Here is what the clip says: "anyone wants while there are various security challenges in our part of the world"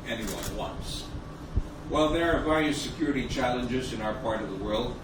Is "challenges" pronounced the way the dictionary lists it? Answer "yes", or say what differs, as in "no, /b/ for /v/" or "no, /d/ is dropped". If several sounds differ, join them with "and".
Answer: yes